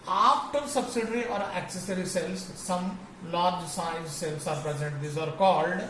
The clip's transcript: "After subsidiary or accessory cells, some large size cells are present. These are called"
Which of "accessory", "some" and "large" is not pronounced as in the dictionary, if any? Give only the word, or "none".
none